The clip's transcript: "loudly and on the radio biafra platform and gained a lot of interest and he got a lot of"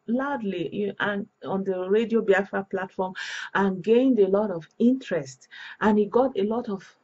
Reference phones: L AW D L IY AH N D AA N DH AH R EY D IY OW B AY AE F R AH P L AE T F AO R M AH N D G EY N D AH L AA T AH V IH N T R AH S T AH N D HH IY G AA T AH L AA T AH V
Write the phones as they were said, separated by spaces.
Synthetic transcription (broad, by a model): L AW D L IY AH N AA N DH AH R EY D IY OW B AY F AH P L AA T F AO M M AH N G EY N D AH L AA T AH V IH N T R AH S T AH N HH IY G AA T AH L AA T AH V